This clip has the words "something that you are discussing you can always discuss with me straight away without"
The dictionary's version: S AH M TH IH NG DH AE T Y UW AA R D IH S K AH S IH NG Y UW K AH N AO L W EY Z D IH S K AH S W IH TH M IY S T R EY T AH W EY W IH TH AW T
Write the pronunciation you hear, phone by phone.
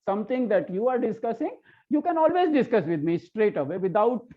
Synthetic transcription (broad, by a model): S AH M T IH NG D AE T Y UW AA R D IH S K AH S IH NG Y UW K AH N AO L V EY Z D IH S K AH S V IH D M IY S T R EY T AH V EY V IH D AW T